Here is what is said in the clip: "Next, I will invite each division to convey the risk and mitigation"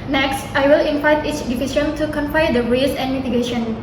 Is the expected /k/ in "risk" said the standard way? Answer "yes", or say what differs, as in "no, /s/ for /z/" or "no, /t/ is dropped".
no, /k/ is dropped